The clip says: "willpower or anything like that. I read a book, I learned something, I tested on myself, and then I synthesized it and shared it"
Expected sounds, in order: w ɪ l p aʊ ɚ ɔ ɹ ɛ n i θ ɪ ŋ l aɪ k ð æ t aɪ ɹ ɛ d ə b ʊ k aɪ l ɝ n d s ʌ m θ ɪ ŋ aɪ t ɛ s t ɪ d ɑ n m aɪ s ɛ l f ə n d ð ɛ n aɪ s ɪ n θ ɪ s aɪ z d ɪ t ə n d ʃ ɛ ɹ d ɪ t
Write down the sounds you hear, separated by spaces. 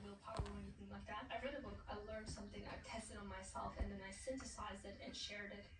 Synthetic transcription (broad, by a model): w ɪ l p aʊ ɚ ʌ w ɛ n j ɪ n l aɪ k ð æ t aɪ ɹ ɛ d ə b ʊ k aɪ l ɝ n d s ʌ m θ ɪ ŋ aɪ t ɛ s t ɪ d n m aɪ s ɛ l f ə n ð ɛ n aɪ s ɪ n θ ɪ s aɪ z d ɪ t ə n ʃ ɛ ɹ d ɪ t